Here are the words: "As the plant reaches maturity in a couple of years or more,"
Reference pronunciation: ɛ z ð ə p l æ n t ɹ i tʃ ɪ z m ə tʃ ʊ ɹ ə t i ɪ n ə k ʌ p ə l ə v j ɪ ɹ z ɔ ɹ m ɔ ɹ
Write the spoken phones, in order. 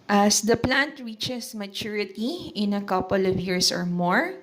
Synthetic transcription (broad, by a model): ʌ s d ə p l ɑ n t ɹ i tʃ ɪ s m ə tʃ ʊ ɹ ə t i ɪ n ə k ʌ p ə l ə v j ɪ ɹ s ɔ ɹ m ɔ ɹ